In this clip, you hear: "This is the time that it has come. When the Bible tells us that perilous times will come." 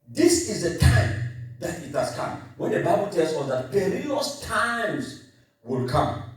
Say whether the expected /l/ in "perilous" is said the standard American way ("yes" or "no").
no